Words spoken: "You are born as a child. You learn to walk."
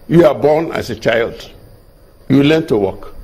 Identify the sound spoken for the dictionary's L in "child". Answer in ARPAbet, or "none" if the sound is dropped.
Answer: L